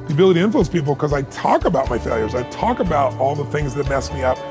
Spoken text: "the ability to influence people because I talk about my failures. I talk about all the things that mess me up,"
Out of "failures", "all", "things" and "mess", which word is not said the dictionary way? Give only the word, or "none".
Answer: none